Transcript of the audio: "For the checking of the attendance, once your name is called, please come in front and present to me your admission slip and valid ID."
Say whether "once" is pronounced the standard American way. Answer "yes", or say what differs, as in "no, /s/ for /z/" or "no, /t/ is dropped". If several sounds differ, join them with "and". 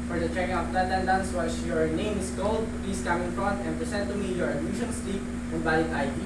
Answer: no, /n/ is dropped